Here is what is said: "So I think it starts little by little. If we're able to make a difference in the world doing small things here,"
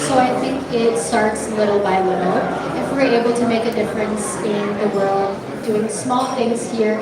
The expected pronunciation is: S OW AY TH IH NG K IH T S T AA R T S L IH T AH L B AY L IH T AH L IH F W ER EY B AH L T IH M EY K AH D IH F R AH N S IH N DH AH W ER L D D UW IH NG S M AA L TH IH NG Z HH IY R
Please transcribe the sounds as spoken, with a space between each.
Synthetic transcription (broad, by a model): S OW AY TH IH NG K IH T S T AA R T S L IH T L B AY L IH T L IH F W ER EY B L T IH M EY K AH D IH F R AH N S IH N DH AH W ER L D D UW IH NG S M AA L TH IH NG Z HH IY R